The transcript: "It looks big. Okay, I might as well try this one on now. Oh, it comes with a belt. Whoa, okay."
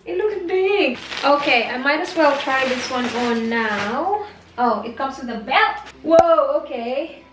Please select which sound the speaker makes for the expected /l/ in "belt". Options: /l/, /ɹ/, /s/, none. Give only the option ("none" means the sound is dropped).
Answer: none